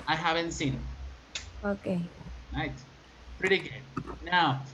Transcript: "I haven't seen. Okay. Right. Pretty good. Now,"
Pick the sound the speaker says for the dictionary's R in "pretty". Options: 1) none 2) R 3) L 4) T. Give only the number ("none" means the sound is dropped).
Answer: 2